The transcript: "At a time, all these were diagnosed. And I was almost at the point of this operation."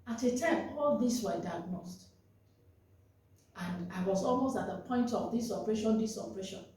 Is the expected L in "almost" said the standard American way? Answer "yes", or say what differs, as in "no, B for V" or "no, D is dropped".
yes